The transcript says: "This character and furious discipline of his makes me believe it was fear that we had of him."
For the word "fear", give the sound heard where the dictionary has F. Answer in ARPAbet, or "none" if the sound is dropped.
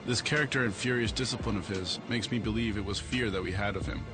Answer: F